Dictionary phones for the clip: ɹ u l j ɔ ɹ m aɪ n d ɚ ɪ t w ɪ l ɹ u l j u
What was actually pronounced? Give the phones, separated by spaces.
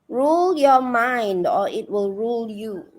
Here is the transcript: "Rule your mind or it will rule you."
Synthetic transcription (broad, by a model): ɹ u l j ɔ m aɪ n d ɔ ɪ t w ɪ l ɹ u l j u